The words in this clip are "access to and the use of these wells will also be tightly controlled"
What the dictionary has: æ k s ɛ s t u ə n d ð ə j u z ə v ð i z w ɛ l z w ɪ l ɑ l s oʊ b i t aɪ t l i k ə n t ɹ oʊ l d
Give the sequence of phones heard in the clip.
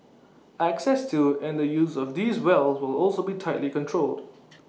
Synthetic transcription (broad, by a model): æ k s ɛ s t u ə n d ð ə j u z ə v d i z w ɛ l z w ɪ l ɑ l s oʊ b i t aɪ t l i k ə n t ɹ oʊ l d